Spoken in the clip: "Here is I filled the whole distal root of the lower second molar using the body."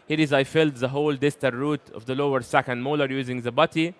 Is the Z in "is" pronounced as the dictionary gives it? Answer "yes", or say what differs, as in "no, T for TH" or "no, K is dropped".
yes